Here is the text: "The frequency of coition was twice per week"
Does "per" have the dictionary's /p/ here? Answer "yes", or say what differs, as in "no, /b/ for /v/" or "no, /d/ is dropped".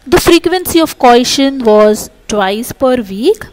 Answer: yes